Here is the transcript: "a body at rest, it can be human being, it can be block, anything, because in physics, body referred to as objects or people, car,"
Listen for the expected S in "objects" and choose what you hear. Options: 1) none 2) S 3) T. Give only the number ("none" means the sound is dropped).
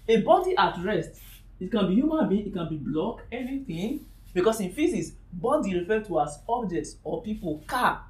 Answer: 2